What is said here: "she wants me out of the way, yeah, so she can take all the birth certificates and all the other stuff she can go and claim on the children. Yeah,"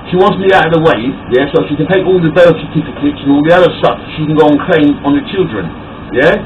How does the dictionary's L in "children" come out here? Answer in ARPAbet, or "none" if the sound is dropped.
L